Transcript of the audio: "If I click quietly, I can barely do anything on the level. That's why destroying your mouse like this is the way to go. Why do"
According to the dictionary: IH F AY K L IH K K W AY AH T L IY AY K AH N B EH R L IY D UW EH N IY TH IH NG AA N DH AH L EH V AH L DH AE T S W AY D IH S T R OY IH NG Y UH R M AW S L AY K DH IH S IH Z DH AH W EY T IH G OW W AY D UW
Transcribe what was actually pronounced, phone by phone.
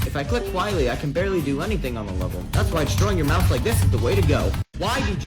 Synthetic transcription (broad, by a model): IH F AY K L IH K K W AY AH T L IY AY K AH N B EH R L IY D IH EH N IY TH IH NG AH N DH AH L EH V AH L DH AE T S W AY D IH S T R OY IH NG Y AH R M AW TH L AY K DH IH S IH Z DH AH W EY T IH G OW W AY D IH